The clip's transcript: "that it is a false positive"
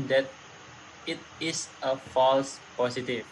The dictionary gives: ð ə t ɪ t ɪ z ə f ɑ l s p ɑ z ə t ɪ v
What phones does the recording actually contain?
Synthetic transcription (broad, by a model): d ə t ɪ t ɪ s ə f ɑ l s p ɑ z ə t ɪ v